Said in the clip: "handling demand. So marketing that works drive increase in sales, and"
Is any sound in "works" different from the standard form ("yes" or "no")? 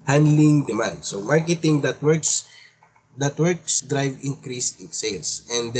no